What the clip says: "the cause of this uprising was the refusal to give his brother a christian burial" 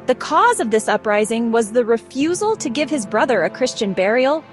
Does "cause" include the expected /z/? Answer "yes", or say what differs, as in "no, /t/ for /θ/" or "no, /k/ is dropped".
yes